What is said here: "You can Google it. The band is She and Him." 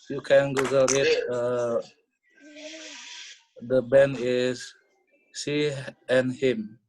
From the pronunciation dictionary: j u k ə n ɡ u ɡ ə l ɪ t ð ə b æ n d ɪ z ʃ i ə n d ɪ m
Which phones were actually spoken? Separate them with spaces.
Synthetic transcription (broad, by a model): j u k ə n ɡ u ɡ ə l ɪ t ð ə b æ n ɪ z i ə n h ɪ m